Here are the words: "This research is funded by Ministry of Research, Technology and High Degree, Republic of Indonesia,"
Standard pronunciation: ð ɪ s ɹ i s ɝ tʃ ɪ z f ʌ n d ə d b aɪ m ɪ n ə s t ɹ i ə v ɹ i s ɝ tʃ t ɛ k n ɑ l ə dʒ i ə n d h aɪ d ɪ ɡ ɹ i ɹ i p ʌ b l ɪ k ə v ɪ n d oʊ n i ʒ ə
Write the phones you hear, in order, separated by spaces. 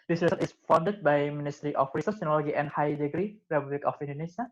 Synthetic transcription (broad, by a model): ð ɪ s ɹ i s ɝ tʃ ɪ s f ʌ n d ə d b aɪ m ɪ n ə s t ɹ i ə f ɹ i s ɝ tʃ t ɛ n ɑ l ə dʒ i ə n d h aɪ d ɪ ɡ ɹ i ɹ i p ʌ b l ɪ k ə f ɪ n d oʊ n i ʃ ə